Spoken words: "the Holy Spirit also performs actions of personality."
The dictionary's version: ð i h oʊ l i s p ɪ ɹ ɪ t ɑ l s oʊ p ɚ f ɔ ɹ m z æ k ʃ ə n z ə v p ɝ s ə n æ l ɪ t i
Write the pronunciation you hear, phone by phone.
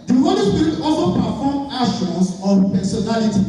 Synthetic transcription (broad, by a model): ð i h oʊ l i s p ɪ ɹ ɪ t ɑ l s oʊ p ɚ f ɔ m ɑ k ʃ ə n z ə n p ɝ s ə n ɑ l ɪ t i